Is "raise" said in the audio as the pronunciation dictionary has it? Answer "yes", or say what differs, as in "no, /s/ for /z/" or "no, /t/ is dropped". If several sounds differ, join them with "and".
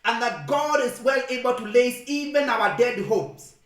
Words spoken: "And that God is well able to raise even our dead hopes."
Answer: no, /l/ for /ɹ/ and /s/ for /z/